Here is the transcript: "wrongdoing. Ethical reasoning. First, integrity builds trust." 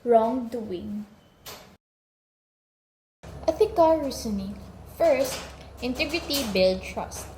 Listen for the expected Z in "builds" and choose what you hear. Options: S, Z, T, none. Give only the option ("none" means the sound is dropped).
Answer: none